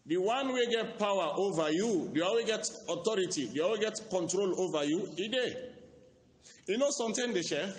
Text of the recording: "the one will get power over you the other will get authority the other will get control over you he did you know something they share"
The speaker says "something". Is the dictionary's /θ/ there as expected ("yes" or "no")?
no